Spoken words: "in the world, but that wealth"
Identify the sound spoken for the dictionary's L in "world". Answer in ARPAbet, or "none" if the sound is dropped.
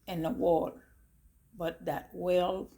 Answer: none